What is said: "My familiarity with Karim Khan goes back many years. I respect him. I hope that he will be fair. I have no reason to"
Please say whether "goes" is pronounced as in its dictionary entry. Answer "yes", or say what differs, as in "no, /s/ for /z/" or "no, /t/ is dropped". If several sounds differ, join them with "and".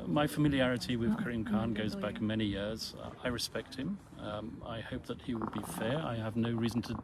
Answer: yes